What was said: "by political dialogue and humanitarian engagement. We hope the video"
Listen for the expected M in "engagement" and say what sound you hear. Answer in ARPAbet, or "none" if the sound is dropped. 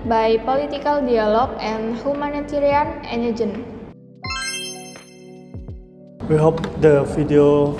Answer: none